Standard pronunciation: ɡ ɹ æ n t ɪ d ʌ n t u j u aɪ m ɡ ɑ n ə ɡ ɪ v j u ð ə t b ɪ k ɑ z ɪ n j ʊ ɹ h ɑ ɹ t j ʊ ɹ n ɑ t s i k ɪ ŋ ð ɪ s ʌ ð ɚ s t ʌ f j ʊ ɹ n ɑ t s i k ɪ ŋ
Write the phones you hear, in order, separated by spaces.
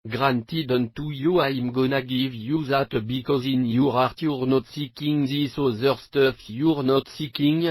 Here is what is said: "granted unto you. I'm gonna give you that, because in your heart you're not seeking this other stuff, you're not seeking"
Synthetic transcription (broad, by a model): ɡ ɹ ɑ n t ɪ d ʌ n t u j u aɪ m ɡ ɑ n ə ɡ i v j u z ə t b ɪ k ɑ z ɪ n j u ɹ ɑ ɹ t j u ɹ n ɑ t s i k ɪ ŋ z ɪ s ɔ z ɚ s t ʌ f j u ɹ n ɑ t s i k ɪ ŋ